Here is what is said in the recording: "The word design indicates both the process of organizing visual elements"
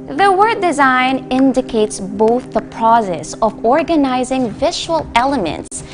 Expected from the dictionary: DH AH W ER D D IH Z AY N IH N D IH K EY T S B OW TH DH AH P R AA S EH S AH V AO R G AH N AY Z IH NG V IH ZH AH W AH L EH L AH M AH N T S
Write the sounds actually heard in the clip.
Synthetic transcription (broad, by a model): DH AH W ER D D IH Z AY N IH N D IH K EY T S B OW TH DH AH P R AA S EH S AH V AO R G AH N AY Z IH NG V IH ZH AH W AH L EH L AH M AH N T S